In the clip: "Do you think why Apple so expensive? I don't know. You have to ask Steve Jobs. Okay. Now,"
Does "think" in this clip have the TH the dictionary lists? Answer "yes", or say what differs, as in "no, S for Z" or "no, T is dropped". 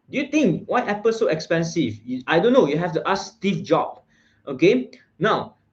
no, T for TH